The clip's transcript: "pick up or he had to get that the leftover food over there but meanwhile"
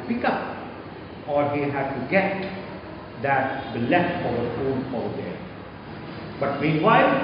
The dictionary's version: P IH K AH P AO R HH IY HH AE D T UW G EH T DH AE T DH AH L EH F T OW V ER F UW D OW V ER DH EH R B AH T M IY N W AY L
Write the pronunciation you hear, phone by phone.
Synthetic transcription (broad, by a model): P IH K AH P AO R HH IY HH AE D T UW G EH T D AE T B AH L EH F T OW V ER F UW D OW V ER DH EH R B AH T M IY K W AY